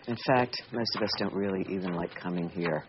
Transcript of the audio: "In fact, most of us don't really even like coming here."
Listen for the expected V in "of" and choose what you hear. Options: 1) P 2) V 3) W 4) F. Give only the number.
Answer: 2